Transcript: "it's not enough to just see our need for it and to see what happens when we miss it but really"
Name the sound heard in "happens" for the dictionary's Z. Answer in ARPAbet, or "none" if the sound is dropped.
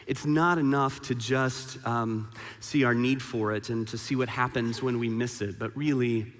Z